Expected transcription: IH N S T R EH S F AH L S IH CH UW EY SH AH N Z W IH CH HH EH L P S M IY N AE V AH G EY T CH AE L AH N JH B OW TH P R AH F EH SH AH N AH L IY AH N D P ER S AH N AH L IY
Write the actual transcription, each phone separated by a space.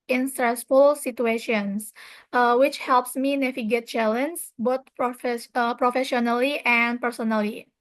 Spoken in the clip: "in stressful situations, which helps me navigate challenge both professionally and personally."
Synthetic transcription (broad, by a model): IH N S T R EH S F AH L S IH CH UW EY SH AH N S W IH CH HH EH L P S M IY N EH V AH G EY T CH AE L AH N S B OW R P R AH F EH SH AH N AH L IY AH N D P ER S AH N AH L IY